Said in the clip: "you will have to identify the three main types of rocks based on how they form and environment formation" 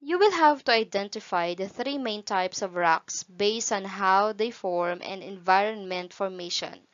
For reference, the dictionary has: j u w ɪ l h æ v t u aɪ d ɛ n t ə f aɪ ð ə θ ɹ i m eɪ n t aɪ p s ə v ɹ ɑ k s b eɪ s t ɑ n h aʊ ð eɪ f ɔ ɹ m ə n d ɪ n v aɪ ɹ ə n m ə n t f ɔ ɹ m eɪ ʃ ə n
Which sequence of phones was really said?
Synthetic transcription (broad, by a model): j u w ɪ l h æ v t u aɪ d ɛ n t ə f aɪ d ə θ ɹ i m eɪ n t aɪ p s ə v ɹ ɑ k s b eɪ s t ɑ n h aʊ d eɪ f ɔ ɹ m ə n ɪ n v aɪ ɹ ə n m ə n t f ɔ ɹ m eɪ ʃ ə n